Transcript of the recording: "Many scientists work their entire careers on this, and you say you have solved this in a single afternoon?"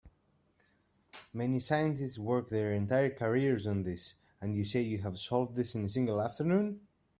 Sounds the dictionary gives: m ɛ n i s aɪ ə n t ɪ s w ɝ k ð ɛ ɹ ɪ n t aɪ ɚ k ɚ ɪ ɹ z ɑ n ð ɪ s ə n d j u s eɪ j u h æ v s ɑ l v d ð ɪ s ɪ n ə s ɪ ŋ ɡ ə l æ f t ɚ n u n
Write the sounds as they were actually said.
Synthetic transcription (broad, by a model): m ɛ n i s aɪ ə n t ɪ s w ɝ k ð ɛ ɹ ɪ n t aɪ ɚ k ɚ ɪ ɹ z ɑ n ð ɪ s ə n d j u s eɪ j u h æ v s ɑ l v d ð ɪ s ɪ n ə s ɪ ŋ ɡ ə l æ f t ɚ n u n